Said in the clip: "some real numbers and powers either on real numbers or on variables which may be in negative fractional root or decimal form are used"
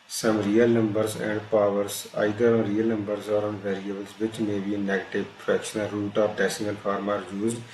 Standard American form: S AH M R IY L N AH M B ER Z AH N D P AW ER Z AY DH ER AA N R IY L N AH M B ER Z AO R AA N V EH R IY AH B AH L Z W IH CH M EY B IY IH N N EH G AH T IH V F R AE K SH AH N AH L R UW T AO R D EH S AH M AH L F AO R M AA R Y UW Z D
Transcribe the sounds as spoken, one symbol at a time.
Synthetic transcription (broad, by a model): S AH M R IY L N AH M B ER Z AH N D P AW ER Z AY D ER AA N R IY L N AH M B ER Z AO R AA N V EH R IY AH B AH L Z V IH CH M EY B IY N N EH G AH T IH V P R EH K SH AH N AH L R UW T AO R D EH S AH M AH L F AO R M AA R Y UW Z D